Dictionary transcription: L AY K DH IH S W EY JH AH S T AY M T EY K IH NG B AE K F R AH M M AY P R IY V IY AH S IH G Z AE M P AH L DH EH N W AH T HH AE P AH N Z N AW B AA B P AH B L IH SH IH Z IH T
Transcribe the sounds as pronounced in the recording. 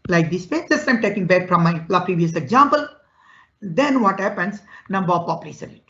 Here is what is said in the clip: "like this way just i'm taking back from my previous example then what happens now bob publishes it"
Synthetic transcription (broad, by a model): L AY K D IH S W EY JH AH S T AY M T EY K IH NG B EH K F R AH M M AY P R IY V IY AH S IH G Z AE M P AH L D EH N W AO T HH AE P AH N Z N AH B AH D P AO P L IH S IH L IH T